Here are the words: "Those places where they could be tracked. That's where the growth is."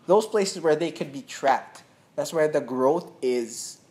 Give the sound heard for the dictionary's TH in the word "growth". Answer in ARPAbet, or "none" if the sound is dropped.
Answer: TH